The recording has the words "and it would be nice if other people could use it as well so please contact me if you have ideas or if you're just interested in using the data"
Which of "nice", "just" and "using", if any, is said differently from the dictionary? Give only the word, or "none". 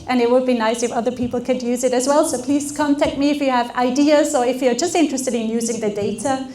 none